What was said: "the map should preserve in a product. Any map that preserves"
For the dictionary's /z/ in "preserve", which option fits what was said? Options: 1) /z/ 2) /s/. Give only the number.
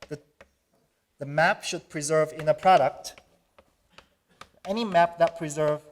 1